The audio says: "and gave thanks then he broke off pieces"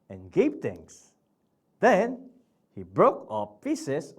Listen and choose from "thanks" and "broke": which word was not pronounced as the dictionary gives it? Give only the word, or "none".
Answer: thanks